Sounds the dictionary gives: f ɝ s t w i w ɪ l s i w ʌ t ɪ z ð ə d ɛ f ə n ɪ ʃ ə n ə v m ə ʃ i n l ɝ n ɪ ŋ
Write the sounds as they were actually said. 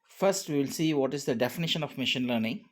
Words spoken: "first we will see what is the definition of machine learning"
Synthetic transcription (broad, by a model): f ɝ s t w i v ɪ l s i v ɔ t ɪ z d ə d ɛ f ə n ɪ ʃ ə n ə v m ə ʃ i n l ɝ n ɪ ŋ